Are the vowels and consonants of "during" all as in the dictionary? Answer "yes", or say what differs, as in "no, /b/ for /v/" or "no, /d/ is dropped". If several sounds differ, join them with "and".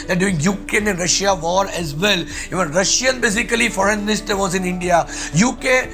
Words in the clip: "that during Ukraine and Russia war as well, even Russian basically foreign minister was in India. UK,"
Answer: no, /ɹ/ is dropped